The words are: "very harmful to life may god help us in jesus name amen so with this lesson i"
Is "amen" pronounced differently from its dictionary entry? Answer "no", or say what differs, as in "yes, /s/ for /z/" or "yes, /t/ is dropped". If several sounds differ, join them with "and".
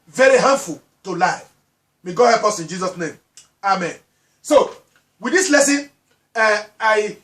no